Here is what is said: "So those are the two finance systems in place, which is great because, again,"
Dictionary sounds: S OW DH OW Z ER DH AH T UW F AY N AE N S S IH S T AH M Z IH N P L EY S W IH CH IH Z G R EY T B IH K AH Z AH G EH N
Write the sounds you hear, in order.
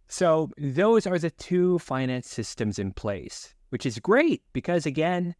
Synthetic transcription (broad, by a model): S OW DH OW Z ER DH AH T UW F AY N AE N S S IH S T AH M Z IH N P L EY S W IH CH IH Z G R EY T B IH K AH Z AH G EH N